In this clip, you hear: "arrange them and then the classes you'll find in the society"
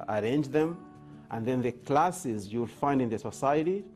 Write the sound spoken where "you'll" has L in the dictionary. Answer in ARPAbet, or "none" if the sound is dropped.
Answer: L